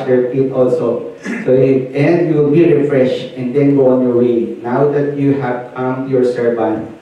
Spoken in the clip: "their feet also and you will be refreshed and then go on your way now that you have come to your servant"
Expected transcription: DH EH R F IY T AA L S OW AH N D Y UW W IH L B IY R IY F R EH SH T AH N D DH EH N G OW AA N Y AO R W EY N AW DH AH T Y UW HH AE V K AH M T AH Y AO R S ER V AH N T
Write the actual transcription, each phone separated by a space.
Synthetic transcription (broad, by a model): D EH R P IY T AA L S OW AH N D Y UW W IH L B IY R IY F R EH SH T AH N D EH N G OW AA N Y AO R W EY N AW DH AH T Y UW HH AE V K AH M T Y AO R S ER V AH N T